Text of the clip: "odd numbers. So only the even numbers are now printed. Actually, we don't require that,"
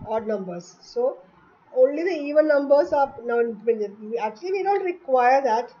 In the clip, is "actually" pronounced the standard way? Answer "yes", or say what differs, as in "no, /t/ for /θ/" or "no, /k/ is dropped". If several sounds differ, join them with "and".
yes